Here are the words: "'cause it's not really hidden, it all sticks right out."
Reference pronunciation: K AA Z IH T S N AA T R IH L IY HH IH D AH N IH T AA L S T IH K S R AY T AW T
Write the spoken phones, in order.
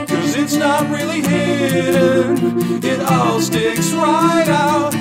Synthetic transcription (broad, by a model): K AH Z IH T S N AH T R IH L IY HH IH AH IH T AA L S T IH K S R AY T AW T